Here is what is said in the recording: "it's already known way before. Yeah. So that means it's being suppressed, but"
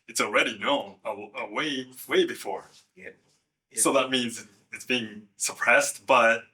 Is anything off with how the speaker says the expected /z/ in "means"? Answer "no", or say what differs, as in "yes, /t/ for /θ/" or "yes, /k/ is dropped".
no